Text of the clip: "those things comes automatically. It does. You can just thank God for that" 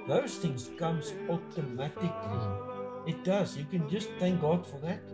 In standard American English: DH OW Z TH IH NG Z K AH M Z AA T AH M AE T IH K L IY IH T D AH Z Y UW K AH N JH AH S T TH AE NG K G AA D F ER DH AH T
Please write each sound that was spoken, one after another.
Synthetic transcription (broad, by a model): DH OW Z TH IH NG Z K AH M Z AA T AH M AE T IH K L IY IH T D AH Z Y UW K AH N JH AH S T TH AE NG K G AA D F ER DH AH T